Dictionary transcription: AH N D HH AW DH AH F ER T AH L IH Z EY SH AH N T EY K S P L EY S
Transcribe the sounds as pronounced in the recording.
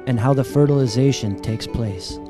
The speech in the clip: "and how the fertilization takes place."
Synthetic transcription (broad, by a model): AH N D HH AW DH AH F ER T AH L IH Z EY SH AH N T EY K S P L EY S